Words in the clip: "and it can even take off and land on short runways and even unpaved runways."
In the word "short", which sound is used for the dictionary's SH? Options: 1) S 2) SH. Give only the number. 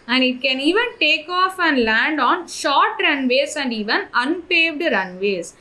2